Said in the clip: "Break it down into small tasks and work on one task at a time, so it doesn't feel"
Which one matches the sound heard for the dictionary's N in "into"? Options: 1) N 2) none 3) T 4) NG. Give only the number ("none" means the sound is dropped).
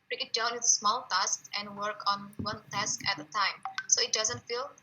2